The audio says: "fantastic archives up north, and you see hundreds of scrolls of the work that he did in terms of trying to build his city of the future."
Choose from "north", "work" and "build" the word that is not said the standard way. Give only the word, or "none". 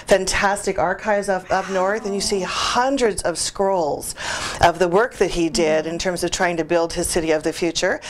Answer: none